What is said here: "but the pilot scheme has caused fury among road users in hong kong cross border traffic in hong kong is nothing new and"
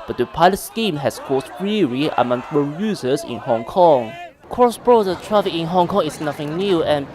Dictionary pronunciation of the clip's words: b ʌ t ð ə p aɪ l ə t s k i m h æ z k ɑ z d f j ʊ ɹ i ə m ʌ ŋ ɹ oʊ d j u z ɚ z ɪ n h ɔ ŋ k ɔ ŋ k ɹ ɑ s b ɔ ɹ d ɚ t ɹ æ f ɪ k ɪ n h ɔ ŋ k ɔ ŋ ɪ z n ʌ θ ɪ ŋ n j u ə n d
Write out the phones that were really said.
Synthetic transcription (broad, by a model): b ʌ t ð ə p aɪ l ə t s k i m h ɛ s k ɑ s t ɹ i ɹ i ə m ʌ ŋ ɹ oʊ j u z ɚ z ɪ n h ɔ ŋ k ɔ ŋ k ɹ ɑ s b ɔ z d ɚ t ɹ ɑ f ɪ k ɪ n h ɔ ŋ k ɔ ŋ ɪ s n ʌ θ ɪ ŋ n j u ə n